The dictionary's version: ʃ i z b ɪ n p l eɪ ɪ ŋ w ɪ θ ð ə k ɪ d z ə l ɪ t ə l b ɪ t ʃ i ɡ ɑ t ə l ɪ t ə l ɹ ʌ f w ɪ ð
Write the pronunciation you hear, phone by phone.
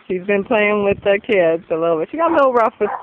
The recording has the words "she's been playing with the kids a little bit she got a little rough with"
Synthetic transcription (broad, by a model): ʃ i z b ɪ n p l eɪ ɪ ŋ w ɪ ð ə k ɪ d z ə l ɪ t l b ɪ t ʃ i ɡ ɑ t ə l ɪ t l ɹ ʌ f w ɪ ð